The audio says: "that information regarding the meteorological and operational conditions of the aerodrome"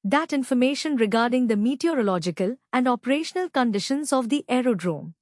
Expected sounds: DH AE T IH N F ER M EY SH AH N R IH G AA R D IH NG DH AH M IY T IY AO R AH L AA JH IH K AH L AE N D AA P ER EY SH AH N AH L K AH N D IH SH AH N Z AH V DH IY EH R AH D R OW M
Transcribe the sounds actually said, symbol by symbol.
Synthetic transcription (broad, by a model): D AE T IH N F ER M EY SH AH N R IH G AA R D IH NG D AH M IY T IY AO R AH L AA JH IH K AH L AE N D AA P ER EY SH AH N AH L K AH N D IH SH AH N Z AH V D IY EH R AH D R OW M